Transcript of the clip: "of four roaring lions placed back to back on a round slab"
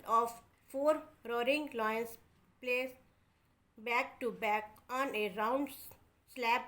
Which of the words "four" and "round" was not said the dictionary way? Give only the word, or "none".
none